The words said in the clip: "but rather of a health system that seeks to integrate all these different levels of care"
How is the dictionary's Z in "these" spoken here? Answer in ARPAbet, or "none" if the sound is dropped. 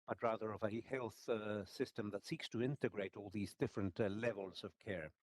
Z